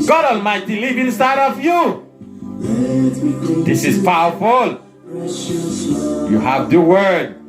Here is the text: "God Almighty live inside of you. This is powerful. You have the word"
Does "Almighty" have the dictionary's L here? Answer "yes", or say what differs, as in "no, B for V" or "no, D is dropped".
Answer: yes